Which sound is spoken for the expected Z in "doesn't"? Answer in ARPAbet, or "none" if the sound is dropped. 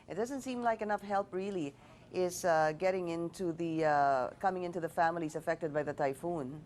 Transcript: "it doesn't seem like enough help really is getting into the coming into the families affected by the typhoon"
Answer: Z